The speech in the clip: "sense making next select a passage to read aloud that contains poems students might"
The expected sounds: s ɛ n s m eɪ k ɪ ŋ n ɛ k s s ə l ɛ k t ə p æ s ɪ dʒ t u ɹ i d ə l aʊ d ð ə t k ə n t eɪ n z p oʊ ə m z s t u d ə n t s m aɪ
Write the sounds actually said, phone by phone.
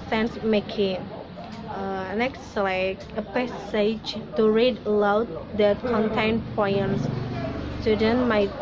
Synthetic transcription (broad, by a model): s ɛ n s m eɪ k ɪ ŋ n ɛ k s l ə ɪ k ə p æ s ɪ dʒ t u ɹ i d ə l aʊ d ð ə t k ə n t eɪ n p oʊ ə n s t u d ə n m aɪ